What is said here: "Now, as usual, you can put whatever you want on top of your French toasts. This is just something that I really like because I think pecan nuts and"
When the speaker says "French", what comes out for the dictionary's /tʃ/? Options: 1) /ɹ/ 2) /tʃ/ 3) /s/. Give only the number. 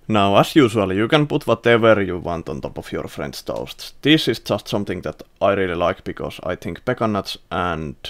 3